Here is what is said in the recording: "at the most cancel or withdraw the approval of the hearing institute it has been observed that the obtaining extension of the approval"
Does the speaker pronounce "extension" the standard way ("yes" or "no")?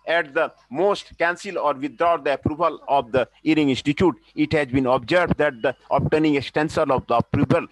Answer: no